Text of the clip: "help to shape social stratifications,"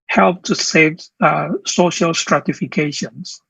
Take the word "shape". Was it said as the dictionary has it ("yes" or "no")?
no